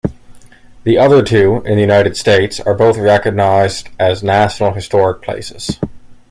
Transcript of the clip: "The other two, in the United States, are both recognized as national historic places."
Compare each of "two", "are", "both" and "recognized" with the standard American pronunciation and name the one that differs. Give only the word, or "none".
none